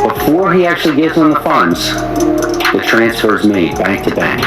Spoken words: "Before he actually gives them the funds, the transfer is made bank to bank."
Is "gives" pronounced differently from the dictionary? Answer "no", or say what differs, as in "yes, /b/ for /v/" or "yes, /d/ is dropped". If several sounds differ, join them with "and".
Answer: yes, /v/ is dropped